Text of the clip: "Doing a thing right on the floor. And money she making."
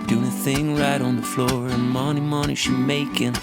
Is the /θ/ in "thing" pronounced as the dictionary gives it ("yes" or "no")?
yes